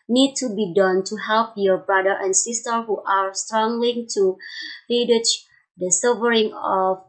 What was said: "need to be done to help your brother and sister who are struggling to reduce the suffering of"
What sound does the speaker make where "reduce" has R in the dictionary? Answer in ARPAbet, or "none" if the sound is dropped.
L